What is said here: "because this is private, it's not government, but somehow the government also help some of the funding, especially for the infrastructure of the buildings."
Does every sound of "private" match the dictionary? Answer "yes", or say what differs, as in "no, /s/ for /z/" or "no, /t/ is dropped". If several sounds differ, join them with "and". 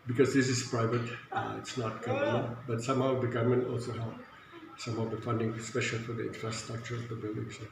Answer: yes